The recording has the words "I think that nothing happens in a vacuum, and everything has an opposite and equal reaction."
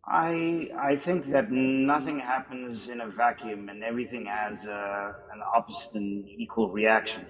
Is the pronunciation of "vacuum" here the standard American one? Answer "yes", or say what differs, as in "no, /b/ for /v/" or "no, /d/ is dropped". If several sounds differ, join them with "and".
yes